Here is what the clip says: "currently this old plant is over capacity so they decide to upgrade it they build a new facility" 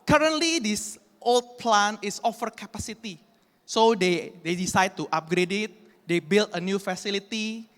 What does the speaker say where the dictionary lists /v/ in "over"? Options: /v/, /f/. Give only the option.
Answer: /f/